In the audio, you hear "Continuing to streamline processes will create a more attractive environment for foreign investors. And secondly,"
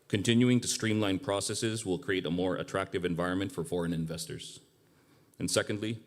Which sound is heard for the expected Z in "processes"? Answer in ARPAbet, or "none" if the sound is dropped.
Z